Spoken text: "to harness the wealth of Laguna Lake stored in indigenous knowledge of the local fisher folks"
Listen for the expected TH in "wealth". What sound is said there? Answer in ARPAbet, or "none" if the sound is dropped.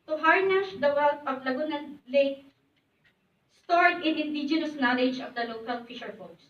T